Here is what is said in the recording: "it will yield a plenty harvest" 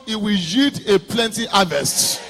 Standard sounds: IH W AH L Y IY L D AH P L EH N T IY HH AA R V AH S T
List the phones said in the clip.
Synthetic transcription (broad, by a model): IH W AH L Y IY D AH P L EH N T IY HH AA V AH S T